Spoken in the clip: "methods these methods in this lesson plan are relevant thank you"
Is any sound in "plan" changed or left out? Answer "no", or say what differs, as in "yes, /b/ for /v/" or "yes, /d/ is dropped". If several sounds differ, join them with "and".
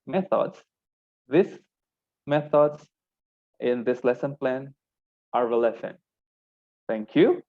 no